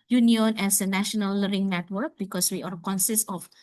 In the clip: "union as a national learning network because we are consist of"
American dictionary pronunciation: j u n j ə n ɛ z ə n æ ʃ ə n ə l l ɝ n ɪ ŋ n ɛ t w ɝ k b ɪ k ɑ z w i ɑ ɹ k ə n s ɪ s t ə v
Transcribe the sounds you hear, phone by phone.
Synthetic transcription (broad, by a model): j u n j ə n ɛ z ə n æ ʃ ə n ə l l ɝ ɪ ŋ n ɛ t w ɝ k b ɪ k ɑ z w i ɑ ɹ k ə n s ɪ s t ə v